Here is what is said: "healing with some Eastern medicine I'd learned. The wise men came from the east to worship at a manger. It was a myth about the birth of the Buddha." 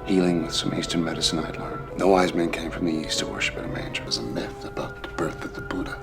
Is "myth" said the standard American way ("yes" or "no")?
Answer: no